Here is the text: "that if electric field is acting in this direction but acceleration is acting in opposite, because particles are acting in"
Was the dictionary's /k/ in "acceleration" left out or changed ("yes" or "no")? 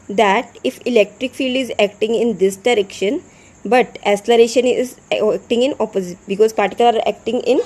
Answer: yes